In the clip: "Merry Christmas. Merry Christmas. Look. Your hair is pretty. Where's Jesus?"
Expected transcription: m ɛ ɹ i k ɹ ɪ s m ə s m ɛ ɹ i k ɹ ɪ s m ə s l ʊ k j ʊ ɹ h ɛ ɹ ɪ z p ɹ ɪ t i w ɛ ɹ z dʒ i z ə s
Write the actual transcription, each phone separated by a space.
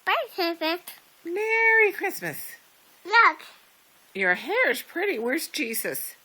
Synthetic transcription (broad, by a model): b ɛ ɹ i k ɪ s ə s m ɛ ɹ i k ɹ ɪ s m ə s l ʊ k j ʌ ɹ h ɛ ɹ ɪ z p ɹ ɪ t i w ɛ ɹ s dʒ i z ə s